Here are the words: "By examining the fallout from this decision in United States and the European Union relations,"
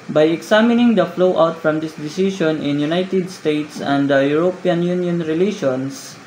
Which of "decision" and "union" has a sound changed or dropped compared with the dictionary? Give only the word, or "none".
decision